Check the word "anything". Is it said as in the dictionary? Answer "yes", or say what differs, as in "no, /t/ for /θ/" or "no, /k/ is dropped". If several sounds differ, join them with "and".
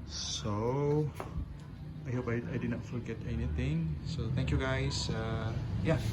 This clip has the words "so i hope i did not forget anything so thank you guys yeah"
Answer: no, /t/ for /θ/